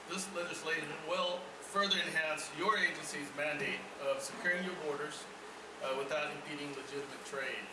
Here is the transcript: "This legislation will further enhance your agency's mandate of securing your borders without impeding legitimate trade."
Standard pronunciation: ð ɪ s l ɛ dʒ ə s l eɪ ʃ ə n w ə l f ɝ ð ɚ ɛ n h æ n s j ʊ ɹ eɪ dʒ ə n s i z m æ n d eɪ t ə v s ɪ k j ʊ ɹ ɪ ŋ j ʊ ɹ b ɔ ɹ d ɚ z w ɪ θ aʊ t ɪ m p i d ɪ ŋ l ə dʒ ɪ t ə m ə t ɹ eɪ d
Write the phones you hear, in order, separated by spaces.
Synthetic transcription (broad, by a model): ð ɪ s l ɛ dʒ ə s l eɪ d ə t w ə l f ɝ ð ɚ ɛ n h æ n s j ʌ ɹ eɪ dʒ ə n s i z m æ n d eɪ t ə v s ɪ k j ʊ ɹ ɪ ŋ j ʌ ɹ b ɔ ɹ d ɚ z w ɪ θ aʊ t ɪ m p i d ɪ ŋ l ə dʒ ɪ t ə m ə t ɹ eɪ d